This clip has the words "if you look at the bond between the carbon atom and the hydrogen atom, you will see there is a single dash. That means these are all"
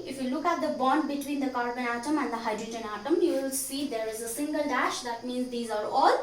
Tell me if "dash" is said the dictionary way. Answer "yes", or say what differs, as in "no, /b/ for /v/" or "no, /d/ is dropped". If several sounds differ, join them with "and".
yes